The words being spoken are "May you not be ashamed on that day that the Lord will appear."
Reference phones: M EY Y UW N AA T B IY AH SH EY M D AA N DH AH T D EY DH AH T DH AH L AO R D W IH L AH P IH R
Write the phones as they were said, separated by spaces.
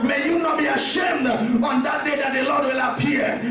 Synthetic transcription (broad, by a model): M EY Y UW N AA T B IY AH SH EY M D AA N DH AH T D EY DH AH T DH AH L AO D W IH L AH P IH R